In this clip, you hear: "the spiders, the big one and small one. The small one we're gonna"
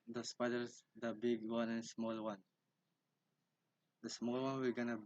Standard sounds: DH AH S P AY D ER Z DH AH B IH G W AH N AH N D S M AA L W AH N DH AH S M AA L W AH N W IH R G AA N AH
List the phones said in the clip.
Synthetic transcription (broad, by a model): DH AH S P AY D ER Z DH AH B IH G W AH N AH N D S M AA L W AH N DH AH S M AA L W AH N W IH L G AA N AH